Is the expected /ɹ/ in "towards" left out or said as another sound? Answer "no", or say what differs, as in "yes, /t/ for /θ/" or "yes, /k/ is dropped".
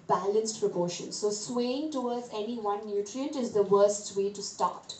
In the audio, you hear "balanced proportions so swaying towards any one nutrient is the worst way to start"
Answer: yes, /w/ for /ɹ/